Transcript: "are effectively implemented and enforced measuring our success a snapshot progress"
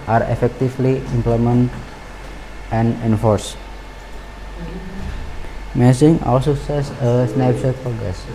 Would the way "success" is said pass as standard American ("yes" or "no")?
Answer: no